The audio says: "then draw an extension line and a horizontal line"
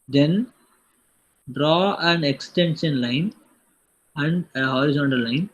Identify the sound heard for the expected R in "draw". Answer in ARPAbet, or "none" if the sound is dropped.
R